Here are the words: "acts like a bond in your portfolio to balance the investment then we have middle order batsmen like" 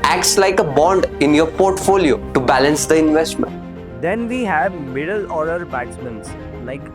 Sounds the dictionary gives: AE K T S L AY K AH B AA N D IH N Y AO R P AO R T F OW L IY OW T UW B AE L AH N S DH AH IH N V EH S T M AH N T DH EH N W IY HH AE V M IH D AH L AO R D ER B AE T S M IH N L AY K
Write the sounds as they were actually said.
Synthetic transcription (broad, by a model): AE K T S L AY K AH B AA N D IH N Y AO R P AO R T F OW L IY OW T UW B AE L AH N S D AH IH N V EH S T M AH N T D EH N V IY HH AE V M IH D AH L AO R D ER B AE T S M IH N L AY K